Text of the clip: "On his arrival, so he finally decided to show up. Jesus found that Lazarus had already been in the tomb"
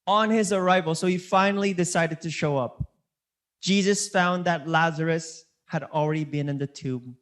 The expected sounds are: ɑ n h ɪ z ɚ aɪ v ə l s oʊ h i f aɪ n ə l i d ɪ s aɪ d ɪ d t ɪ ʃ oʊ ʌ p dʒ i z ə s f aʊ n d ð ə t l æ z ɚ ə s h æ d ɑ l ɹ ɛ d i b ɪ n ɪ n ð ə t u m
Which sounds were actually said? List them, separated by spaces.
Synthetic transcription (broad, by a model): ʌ n ɪ z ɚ aɪ v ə l s oʊ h i f aɪ n l i d ɪ s aɪ d ɪ d t ɪ ʃ oʊ ʌ p dʒ i z ə s f aʊ n ð ə t l æ z ɚ ə s h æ d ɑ l ɹ ɛ d i b ɪ n ɪ n ð ə t u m